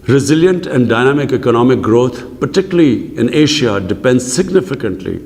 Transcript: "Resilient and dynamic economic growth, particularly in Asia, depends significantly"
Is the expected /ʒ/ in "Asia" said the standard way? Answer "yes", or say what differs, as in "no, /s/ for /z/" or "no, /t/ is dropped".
no, /ʃ/ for /ʒ/